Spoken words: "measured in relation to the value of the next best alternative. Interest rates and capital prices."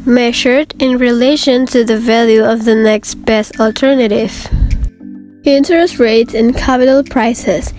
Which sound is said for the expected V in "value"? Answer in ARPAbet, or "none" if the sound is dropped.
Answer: V